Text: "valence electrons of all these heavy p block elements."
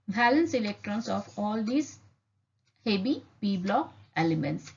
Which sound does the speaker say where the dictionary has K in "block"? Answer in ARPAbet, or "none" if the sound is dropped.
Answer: none